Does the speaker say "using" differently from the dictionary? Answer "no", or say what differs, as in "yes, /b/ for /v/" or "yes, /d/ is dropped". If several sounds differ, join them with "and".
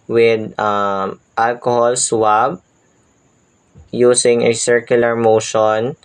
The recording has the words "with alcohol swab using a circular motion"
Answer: yes, /s/ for /z/